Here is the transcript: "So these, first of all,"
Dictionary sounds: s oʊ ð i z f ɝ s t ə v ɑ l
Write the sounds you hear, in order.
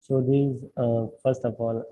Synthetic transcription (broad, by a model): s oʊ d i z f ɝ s t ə p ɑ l